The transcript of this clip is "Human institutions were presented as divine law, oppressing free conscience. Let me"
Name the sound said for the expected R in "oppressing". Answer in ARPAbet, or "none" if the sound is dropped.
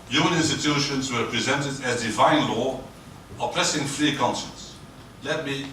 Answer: L